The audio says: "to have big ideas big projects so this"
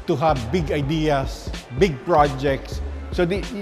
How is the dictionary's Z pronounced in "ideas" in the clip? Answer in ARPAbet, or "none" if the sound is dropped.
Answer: S